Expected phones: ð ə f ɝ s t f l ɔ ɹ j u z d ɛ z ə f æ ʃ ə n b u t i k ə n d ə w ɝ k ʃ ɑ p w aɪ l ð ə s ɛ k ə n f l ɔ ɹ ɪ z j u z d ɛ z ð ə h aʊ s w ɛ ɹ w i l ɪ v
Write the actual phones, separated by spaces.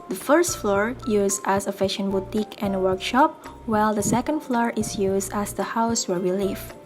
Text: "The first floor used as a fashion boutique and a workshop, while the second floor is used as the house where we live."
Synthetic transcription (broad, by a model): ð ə f ɝ s t f l ɔ ɹ j u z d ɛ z ə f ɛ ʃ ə n b u t i k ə n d ə w ɝ k ʃ ɑ p w aɪ l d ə s ɛ k ə n f l ɔ ɹ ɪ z j u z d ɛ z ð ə h aʊ s w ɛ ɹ w i l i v